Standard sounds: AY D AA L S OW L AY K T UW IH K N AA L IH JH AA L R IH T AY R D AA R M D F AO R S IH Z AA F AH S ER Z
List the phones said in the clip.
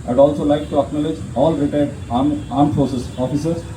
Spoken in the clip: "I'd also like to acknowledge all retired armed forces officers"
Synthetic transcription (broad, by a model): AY D AA L S OW L AY K T UW IH K N AA L IH JH AA L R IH T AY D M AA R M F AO S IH S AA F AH S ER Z